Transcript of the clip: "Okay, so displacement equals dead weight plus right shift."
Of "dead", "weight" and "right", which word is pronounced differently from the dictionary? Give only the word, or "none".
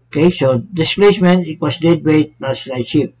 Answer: right